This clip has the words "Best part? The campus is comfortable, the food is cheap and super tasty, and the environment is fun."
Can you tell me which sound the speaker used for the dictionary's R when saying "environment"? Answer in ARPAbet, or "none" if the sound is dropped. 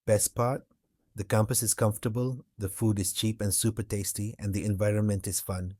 R